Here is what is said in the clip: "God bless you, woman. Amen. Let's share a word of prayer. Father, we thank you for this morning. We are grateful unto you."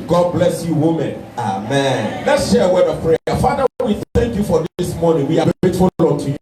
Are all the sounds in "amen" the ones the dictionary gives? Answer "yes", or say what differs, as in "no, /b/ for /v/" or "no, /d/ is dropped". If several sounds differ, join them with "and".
yes